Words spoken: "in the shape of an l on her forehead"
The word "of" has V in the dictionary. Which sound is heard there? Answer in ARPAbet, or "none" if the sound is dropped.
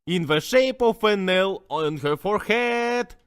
F